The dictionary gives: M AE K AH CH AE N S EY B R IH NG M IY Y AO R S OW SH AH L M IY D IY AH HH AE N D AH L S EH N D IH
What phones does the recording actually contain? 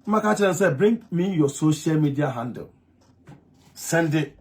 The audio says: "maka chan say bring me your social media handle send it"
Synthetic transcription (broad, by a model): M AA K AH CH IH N S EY B R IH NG M IY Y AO S OW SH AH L M IY D IY AH HH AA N D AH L S EH N D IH